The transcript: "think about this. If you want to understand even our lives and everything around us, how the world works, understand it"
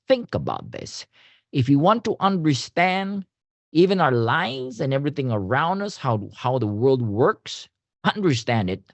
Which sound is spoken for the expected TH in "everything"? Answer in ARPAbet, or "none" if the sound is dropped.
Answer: TH